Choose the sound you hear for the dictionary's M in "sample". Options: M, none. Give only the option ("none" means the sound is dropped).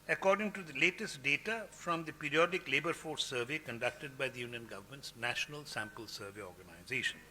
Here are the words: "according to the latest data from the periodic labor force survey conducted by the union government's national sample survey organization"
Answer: M